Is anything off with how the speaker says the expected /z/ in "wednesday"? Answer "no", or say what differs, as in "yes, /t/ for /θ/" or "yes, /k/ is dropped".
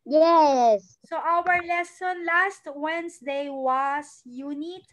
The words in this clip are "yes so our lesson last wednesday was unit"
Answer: yes, /s/ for /z/